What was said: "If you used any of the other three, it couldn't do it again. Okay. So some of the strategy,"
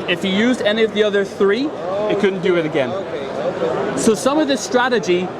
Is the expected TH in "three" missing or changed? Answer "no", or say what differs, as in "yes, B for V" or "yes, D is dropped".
no